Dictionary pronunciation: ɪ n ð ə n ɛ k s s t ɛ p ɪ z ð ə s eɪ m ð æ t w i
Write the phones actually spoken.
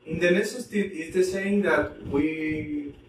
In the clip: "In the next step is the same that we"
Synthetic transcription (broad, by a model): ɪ n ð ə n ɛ s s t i ɪ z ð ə s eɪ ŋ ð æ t w i